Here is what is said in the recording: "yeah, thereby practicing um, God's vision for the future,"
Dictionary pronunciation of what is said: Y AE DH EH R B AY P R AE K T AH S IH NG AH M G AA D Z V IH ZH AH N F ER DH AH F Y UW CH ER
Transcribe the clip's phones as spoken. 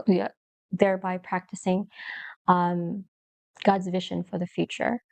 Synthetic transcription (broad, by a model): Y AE DH EH R B AY P R AE K T AH S IH NG AH M G AA D Z V IH ZH AH N F ER DH AH F Y UW CH ER